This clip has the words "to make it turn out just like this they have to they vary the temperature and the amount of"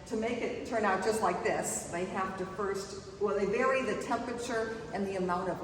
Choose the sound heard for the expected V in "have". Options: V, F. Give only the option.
F